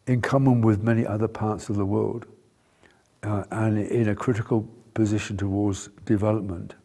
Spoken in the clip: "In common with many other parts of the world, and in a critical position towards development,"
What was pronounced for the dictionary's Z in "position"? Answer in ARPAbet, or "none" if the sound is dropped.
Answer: Z